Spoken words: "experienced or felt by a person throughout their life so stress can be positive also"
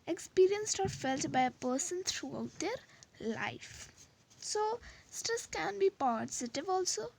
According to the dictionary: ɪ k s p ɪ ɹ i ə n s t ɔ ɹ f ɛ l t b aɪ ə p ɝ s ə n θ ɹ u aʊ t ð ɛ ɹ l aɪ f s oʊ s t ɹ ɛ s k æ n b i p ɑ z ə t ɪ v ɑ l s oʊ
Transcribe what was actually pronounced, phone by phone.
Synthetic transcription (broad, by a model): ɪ k s p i ɹ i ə n s t ɔ ɹ f ɛ l t b aɪ ə p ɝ s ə n t ɹ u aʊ t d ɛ ɹ l aɪ f s oʊ s t ʌ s k æ n b i p ɑ z ə t ɪ v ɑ l s oʊ